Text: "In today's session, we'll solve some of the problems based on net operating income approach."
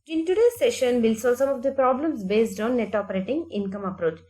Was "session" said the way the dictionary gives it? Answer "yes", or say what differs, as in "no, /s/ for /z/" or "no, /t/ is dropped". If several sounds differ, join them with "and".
yes